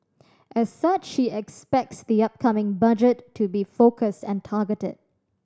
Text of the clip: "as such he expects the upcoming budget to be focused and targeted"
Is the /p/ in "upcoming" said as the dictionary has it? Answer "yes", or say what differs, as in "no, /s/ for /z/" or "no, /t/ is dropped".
yes